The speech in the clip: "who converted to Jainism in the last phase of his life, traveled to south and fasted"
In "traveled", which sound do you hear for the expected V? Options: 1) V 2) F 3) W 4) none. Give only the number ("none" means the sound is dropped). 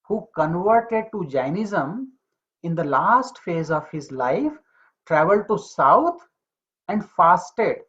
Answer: 1